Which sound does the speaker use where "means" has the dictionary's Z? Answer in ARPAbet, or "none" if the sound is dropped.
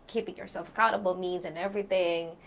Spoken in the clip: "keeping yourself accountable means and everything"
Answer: Z